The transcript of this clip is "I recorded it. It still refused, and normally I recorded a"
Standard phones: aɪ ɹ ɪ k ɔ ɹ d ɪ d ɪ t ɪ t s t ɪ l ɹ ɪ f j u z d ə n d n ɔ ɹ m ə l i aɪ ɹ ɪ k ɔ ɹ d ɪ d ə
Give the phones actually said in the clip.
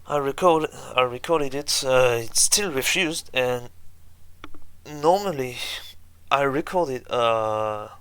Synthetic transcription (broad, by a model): aɪ ɹ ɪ k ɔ ɹ d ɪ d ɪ t ɪ t s t ɪ l ɹ ɪ f j u z d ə n n ɔ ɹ m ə l i aɪ ɹ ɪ k ɔ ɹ d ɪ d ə